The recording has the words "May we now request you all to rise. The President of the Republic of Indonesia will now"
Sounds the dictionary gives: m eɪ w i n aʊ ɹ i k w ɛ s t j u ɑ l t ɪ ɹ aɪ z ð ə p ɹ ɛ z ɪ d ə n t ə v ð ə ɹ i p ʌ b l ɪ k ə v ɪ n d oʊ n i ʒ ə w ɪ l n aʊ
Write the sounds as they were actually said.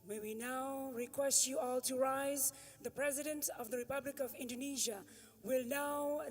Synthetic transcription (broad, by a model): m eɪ w i n aʊ ɹ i k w ɛ s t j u ɑ l t ɪ ɹ aɪ z ð ə p ɹ ɛ z ɪ d ə n t ə v ð ə ɹ i p ʌ b l ɪ k ə v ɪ n d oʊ n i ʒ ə w ɪ l n aʊ